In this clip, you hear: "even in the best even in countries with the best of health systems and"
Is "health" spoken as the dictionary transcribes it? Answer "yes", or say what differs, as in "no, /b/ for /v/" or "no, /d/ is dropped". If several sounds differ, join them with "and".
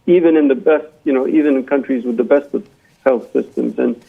yes